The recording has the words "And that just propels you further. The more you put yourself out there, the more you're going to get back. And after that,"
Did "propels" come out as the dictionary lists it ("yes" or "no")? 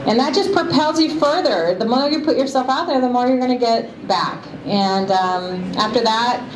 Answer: yes